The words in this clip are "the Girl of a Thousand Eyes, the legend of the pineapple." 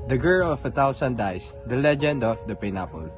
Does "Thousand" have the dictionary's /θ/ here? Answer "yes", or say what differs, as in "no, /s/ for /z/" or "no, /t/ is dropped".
no, /t/ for /θ/